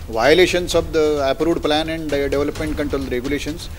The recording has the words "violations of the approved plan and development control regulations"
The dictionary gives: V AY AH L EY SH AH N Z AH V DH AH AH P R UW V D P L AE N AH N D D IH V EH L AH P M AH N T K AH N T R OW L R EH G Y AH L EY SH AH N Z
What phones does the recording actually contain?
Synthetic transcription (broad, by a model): V AY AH L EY SH AH N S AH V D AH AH P R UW D P L AE N AH N D D IH V EH L AH P M AH N T K AH N T R OW L R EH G Y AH L EY SH AH N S